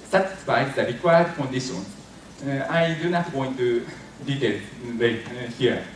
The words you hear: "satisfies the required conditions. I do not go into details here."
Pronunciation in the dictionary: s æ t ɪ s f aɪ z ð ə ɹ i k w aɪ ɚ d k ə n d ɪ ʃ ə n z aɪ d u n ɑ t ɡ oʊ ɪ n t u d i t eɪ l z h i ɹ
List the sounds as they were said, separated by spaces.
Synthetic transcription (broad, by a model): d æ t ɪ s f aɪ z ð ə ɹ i k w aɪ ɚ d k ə n d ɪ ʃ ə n aɪ d u n ɑ t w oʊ ɪ n t u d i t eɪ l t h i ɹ